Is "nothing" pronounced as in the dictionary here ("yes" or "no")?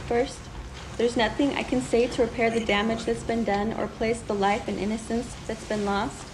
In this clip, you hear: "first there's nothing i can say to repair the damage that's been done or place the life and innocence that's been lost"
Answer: yes